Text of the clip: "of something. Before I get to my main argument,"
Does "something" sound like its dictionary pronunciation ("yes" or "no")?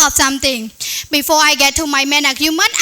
no